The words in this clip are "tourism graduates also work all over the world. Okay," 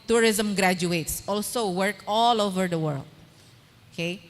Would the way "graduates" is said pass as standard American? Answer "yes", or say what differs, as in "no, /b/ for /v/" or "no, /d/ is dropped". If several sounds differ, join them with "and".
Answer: yes